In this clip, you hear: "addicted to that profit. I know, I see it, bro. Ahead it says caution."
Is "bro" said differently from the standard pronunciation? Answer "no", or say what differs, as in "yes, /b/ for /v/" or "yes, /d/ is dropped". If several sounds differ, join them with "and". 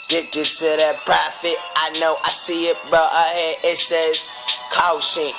yes, /ɹ/ is dropped